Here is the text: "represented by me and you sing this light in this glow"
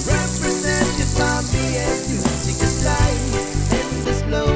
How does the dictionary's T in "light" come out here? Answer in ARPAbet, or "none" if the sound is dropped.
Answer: none